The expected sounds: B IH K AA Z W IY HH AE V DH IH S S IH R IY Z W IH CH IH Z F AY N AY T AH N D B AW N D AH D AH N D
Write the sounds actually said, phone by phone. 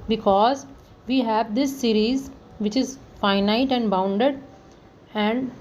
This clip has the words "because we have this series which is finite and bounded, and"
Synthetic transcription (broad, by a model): B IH K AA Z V IY HH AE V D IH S S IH R IY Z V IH CH IH Z F AY N AY T AH N D B AW N D AH D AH N D